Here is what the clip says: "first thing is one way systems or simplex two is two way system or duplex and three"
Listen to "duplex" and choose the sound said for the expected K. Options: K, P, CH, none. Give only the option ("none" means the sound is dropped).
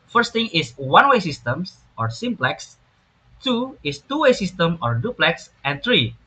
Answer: K